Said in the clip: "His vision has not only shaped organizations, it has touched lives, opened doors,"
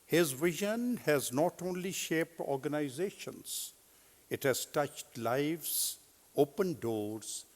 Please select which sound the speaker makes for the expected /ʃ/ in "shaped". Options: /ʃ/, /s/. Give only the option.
/ʃ/